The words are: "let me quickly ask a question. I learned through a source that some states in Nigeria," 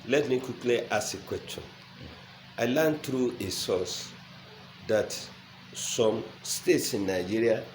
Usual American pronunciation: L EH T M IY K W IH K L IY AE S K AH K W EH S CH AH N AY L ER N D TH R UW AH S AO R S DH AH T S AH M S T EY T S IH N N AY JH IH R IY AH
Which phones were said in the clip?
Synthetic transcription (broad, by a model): L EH T M IY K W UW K L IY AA S AH K W EH S CH AH N AY L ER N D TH R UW AH S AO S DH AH T S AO M S T EY T S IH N N AY JH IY R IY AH